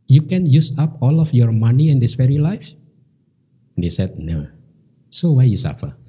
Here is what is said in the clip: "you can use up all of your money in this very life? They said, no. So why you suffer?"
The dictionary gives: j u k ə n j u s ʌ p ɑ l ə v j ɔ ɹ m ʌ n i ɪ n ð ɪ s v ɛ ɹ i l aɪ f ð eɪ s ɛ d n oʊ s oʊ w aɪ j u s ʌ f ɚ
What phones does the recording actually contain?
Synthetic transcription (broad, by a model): j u k ə n j u s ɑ p ɑ l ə f j ɔ ɹ m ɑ n i ɪ n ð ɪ s f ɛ ɹ i l aɪ f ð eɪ s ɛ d n oʊ s oʊ w aɪ j u s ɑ f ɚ